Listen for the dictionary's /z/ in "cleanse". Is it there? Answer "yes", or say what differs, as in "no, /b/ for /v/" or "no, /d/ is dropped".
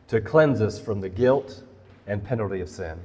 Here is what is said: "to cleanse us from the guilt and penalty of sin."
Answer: yes